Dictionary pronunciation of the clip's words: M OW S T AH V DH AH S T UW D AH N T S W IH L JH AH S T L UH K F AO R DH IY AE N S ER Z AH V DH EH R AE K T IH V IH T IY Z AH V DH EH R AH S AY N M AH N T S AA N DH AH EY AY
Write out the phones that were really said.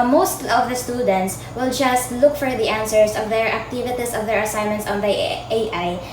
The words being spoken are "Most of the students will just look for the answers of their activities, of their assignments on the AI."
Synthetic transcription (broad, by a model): M OW S T AH V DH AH S T UW D AH N T S W IH L JH AH S T L UH K F AO R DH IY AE N S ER S AH V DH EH R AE K T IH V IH T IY S AH V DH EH R AH S AY N M AH N T S AA N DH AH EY AY